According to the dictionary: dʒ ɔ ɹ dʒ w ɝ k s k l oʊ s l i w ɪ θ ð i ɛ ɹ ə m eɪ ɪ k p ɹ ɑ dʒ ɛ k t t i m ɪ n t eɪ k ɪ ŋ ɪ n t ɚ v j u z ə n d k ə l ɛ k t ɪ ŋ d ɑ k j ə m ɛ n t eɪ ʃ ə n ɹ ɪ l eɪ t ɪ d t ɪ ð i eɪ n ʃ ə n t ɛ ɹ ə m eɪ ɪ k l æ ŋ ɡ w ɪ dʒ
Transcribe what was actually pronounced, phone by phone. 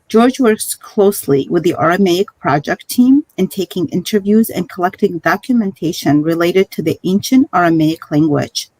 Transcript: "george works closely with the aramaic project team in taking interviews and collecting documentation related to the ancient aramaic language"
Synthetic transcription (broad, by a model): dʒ ɔ ɹ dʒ w ɝ k s k l oʊ s l i w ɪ ð i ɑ ɹ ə m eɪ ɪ k p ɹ ɑ dʒ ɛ k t t i m ɪ n t eɪ k ɪ ŋ ɪ n t ɚ v j u z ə n k ə l ɛ k t ɪ ŋ d ɑ k j ə m ɛ n t eɪ ʃ ə n ɹ ɪ l eɪ t ɪ d t ɪ ð i eɪ n ʃ ə n t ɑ ɹ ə m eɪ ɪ k l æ ŋ ɡ w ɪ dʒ